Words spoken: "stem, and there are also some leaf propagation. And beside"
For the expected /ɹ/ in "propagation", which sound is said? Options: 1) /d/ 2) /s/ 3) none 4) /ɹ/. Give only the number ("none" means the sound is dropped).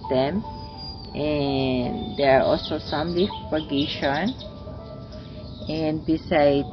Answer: 3